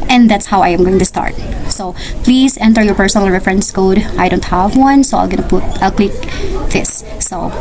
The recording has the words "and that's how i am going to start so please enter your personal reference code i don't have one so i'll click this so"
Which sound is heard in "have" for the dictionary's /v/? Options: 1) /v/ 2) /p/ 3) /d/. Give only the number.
1